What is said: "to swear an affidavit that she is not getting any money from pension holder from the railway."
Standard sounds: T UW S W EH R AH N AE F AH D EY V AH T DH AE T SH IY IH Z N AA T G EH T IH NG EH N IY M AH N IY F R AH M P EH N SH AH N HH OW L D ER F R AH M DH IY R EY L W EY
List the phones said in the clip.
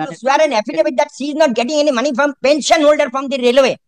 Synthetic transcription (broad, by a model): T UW S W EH R AH N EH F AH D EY B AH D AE T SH IY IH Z N AA T G EH T IH NG EH N IY M AH N IY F R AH M P EH N SH AH N HH OW L D ER F R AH M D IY R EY L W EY